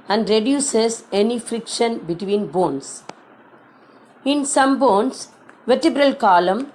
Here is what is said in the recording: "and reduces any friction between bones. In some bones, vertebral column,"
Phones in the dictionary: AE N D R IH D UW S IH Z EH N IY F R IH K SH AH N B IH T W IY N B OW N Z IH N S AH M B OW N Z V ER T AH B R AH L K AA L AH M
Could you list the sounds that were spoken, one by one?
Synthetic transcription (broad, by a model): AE N D R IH D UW S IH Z EH N IY F R IH K SH AH N B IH T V IY N B OW N S IH N S AH M B OW N S V ER T AH B R AH L K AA L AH M